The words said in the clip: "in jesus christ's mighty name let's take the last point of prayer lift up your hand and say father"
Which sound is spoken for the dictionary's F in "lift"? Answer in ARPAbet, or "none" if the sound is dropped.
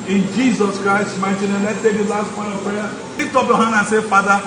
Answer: none